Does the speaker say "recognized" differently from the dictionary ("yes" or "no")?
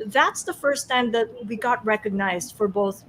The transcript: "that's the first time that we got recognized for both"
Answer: no